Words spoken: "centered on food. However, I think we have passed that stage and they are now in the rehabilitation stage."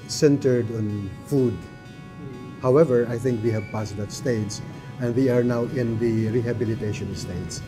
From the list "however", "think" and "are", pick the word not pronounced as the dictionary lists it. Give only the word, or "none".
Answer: none